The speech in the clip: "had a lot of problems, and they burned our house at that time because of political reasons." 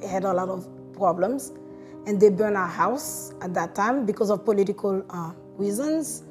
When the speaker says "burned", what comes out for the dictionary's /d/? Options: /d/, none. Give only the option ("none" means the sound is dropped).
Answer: none